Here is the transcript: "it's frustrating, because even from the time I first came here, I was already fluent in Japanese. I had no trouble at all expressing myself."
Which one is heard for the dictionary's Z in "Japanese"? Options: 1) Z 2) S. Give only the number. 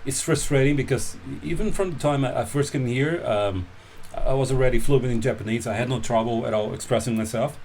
1